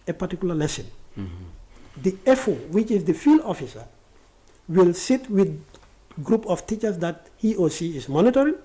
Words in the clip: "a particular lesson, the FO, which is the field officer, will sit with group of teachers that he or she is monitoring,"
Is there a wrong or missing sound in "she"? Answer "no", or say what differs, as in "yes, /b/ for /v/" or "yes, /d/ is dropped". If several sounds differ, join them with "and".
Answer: yes, /s/ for /ʃ/